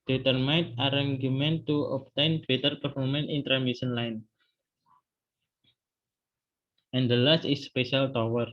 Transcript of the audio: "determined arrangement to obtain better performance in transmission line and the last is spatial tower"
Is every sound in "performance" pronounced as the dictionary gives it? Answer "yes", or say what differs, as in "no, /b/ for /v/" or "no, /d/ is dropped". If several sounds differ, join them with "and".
no, /s/ is dropped